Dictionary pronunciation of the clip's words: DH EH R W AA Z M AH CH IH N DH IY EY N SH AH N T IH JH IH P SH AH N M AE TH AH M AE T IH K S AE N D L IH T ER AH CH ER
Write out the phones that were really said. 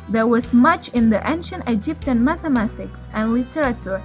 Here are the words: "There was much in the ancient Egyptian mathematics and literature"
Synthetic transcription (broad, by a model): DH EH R W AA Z M AH CH IH N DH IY EY N SH AH N T IH JH IH P SH AH N M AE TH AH M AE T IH K S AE N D L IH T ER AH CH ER